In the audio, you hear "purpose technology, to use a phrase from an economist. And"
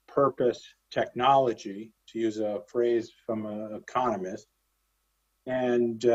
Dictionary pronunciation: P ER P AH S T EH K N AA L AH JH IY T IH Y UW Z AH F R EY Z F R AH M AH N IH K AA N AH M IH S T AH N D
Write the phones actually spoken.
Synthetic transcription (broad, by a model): P ER P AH S T EH K N AA L AH JH IY T IH Y UW Z AH F R EY Z F R AH M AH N IH K AA N AH M IH S T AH N